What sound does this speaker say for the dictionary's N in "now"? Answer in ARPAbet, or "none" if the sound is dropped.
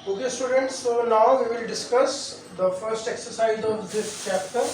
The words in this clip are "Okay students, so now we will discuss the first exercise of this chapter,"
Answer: L